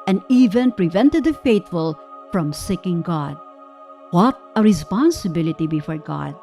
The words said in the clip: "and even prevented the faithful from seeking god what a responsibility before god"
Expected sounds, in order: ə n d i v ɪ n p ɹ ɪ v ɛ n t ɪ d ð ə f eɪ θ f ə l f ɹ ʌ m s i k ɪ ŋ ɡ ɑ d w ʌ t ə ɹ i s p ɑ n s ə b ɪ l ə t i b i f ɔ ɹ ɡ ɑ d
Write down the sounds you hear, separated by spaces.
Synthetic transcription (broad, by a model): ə n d i v ɪ n p ɹ ɪ v ɛ n t ɪ d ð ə f eɪ t f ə l f ɹ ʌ m s i k ɪ ŋ ɡ ɑ d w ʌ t ə ɹ i s p ɑ n s ə b ɪ l ə t i b i f ɔ ɹ ɡ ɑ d